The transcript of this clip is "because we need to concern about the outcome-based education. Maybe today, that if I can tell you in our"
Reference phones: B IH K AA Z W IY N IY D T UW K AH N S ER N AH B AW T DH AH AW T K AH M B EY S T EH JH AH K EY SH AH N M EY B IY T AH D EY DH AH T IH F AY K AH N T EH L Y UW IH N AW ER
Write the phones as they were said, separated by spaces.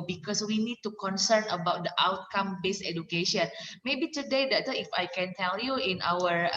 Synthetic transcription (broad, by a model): B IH K AA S W IY N IY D T UW K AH N S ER N AH B AW T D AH AW T K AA M B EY S EH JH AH K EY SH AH N M EY B IY T AH D EY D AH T IH F AY K AH N T EH L Y UW IH N AW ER